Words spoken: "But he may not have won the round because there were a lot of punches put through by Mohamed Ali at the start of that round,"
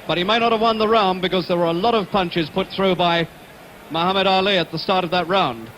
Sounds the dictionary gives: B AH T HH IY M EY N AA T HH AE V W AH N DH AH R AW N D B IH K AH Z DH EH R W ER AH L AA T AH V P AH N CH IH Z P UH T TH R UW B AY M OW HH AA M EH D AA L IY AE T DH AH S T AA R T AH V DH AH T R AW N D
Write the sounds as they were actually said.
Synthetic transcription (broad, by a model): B AH T HH IY M EY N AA T HH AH V W AH N DH AH R AW N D B IH K AH Z DH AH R W ER AH L AA T AH V P AH N CH IH Z P UH T TH R UW B AY M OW HH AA M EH D AA L IY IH T DH AH S T AA R T AH V DH AH T R AW N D